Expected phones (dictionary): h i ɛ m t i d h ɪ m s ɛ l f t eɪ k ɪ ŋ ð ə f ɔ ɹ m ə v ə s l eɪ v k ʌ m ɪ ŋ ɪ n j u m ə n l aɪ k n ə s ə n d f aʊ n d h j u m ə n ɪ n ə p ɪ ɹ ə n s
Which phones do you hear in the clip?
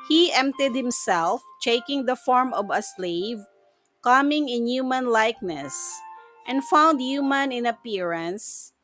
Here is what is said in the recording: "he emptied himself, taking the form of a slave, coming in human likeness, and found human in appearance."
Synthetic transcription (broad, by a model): h i ɛ m t i d h ɪ m s ɛ l f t eɪ k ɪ ŋ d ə f ɔ ɹ m ə v ə s l eɪ v k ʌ m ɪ ŋ ɪ n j u m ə n l aɪ k n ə s ə n d f aʊ n d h j u m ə n ɪ n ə p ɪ ɹ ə n s